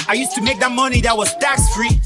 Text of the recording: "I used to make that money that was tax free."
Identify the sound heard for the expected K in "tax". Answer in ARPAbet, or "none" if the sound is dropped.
K